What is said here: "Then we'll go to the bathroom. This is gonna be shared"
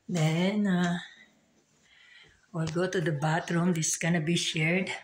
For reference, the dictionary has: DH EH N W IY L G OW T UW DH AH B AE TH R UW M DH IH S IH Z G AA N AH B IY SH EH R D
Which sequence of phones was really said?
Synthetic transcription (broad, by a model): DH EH N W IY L G OW T UW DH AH B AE T R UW M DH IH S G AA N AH B IY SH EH R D